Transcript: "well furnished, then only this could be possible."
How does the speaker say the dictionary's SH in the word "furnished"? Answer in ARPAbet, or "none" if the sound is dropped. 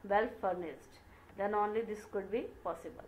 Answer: S